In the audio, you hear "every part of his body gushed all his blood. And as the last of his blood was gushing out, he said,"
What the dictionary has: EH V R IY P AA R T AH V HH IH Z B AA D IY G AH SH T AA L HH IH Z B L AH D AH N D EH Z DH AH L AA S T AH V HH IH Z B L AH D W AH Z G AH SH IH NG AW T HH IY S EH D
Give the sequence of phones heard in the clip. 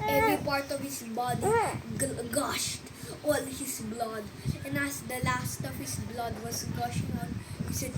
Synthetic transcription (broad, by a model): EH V R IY P AA R T AH V HH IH S B AA D IY G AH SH T AA L HH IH S B L AH D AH N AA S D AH L AA S T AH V HH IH S B L AH D W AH S G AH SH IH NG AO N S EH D